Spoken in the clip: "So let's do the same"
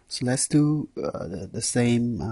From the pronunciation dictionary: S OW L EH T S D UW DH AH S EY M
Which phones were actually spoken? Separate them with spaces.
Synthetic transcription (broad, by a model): S OW L EH T S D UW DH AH S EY M